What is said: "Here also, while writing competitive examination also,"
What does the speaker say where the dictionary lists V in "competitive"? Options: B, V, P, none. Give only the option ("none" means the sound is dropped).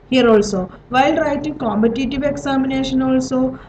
V